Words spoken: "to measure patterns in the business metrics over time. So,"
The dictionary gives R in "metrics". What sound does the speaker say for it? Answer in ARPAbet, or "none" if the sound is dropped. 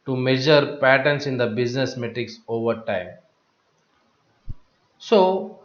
none